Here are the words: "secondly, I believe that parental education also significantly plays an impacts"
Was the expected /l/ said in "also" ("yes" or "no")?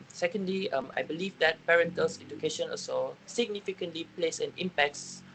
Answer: no